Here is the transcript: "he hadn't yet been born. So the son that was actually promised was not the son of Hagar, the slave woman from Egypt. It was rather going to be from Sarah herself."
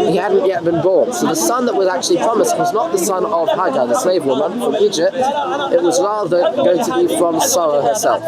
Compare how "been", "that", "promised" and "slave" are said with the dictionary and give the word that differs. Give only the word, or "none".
slave